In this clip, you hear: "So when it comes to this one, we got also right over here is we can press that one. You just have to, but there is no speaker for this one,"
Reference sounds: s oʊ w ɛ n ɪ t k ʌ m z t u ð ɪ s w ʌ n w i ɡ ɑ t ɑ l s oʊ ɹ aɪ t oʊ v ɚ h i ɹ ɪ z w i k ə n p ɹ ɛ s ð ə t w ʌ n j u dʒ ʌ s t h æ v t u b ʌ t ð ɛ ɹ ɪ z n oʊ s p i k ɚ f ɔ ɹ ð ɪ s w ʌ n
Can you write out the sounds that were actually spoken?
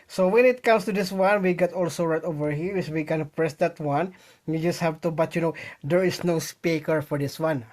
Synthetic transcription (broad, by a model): s oʊ w ɛ n ɪ t k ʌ m s t u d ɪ s w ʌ n w i ɡ ɑ t ɑ l s oʊ ɹ aɪ t oʊ v ɚ h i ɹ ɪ s w i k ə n p ɹ ɛ s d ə t w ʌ n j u dʒ ʌ s t h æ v t u b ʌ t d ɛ ɹ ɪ s n oʊ s p i k ɚ f ɔ ɹ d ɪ s w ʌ n